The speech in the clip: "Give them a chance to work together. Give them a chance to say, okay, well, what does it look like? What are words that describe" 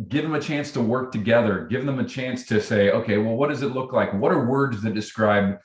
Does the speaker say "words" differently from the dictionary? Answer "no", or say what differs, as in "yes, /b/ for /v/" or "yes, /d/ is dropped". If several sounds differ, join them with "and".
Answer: no